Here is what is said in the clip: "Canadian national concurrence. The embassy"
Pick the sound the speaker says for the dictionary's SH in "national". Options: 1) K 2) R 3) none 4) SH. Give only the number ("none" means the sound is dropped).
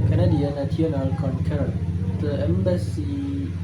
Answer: 3